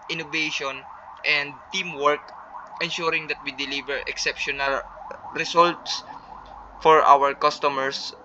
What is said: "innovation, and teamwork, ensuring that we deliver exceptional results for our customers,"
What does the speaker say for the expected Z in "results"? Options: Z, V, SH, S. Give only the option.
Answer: S